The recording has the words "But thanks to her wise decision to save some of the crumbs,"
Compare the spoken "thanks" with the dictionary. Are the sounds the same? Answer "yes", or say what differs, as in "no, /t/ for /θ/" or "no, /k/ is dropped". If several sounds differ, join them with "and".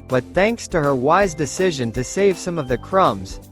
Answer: yes